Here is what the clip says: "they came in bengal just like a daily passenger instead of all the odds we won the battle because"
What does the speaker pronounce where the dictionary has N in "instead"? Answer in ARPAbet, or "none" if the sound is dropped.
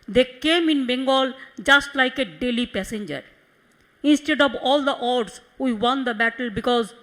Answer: N